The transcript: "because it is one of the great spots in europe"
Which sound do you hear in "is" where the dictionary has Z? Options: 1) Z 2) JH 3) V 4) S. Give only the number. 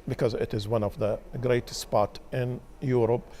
1